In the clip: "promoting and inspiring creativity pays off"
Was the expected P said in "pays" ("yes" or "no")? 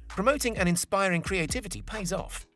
yes